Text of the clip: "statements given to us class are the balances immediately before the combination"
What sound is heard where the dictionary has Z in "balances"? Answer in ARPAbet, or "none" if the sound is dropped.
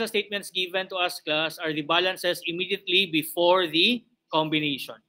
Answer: S